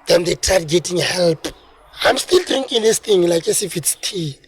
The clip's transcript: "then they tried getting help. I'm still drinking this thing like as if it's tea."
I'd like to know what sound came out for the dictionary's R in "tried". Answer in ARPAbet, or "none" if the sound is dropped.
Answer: none